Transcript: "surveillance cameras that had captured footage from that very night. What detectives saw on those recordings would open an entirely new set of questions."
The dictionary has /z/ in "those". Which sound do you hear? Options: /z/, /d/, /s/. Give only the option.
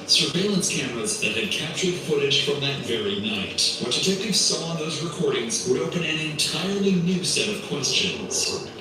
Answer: /z/